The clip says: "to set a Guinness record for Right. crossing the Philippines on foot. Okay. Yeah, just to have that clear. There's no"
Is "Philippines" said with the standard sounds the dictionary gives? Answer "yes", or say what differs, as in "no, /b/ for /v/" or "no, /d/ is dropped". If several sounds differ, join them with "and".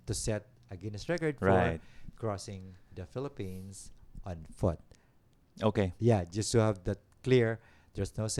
no, /s/ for /z/